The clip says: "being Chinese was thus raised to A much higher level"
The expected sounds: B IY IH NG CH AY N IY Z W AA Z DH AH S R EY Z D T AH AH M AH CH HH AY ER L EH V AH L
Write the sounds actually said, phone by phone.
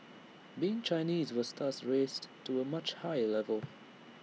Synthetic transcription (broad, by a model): B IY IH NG CH AY N IY Z W AA Z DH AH S R EY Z T AH AH M AH CH HH AY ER L EH V AH L